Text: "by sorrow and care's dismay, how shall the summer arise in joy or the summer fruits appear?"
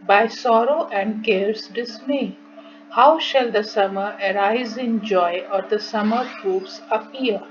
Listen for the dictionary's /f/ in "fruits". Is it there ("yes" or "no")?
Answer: no